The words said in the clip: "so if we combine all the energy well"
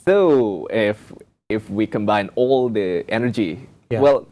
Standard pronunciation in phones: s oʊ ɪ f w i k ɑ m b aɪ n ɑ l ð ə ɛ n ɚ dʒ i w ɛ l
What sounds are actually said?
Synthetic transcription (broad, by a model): s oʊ ɪ f w i k ɑ m b aɪ n ɑ l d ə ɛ n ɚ dʒ i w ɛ l